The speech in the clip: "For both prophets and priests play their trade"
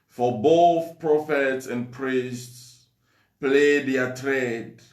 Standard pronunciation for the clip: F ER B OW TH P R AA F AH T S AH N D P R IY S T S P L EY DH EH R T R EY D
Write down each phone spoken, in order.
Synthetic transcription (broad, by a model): F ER B OW TH P R AA F AH T S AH N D P R IY S T S P L EY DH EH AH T R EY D